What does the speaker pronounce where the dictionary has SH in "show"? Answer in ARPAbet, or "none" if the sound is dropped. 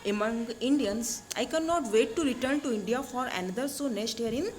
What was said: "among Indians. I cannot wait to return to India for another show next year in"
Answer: S